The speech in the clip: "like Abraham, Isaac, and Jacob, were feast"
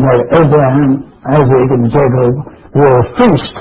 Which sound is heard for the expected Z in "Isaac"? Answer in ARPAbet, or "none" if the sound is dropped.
Z